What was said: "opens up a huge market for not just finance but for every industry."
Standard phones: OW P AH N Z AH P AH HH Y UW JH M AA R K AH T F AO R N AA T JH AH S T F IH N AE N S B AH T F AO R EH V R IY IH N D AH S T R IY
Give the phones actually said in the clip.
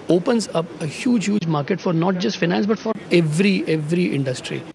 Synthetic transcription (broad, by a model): OW P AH N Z AH P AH HH Y UW JH M AA R K AH T F AO R N AA T JH AH S T F IH N AE N S B AH T F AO R EH V R IY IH N D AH S T R IY